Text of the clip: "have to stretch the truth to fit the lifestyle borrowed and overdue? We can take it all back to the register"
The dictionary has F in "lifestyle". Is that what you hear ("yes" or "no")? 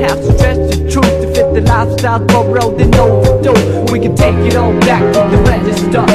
no